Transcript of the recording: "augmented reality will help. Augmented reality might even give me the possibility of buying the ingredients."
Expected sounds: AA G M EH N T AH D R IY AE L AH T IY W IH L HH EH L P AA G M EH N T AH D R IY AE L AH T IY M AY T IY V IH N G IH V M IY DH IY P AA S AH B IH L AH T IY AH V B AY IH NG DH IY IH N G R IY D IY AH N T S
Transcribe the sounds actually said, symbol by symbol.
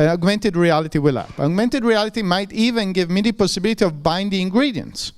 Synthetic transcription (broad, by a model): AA G M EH N T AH D R IY AE L AH T IY W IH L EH P AA G M EH N T AH D R IY AE L AH T IY M AY T IY V IH N G IH V M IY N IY P AA S AH B IH L AH T IY AH V B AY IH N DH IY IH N G R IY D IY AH N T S